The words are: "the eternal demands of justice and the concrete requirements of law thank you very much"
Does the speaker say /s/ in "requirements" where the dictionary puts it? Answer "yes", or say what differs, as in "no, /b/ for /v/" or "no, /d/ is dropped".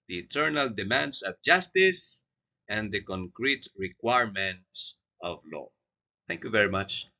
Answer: yes